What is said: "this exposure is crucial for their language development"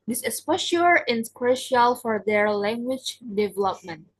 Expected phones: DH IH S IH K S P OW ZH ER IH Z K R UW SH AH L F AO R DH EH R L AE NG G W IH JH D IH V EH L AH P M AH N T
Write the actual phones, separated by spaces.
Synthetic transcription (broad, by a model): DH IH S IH S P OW SH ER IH S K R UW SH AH L F AO R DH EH R L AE NG G W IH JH D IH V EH L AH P M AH N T